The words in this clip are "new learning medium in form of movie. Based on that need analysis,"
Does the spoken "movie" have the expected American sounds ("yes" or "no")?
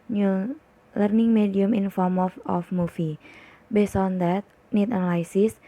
no